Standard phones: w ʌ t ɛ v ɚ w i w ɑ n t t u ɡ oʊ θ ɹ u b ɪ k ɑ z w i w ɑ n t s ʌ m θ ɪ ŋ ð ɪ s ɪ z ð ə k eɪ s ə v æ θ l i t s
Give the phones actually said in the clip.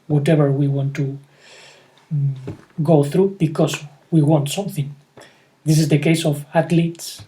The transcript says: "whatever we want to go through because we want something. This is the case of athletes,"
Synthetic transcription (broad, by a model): w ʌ t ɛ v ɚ w i w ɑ n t t u ɡ oʊ θ ɹ u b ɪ k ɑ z w i w ɑ n t s ʌ m θ ɪ ŋ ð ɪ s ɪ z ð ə k eɪ s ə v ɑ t l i t s